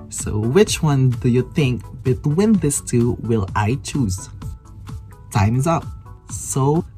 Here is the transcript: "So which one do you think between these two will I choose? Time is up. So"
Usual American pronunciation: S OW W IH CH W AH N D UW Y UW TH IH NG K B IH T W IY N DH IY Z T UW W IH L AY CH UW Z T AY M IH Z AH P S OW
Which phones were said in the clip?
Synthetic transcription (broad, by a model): S OW W IH CH W AH N D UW Y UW TH IH NG K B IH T W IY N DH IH S T UW W IH L AY CH UW Z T AY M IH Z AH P S OW